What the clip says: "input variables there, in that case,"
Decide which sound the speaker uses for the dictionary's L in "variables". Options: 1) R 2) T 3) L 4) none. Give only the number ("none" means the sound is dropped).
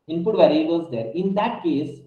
4